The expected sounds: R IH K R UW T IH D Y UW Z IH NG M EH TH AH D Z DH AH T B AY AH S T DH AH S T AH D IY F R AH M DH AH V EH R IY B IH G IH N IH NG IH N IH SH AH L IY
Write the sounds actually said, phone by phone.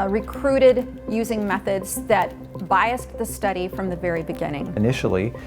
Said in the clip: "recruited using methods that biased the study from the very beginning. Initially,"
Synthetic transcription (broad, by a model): R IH K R UW T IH D Y UW Z IH NG M EH TH AH D Z DH AH T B AY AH S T DH AH S T AH D IY F R AH M DH AH V EH R IY B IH G IH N IH NG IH N IH SH L IY